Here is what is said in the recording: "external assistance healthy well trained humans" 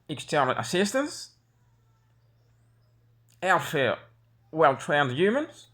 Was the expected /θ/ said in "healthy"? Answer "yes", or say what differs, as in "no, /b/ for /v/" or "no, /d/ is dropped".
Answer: no, /f/ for /θ/